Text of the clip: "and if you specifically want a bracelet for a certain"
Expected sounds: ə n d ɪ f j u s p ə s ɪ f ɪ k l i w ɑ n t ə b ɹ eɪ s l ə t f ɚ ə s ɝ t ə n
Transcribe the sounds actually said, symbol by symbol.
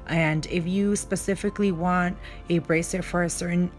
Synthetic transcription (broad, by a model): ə n d ɪ f j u s p ə s ɪ f ɪ k l i w ɑ n t ə b ɹ eɪ s ə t f ɚ ə s ɝ t n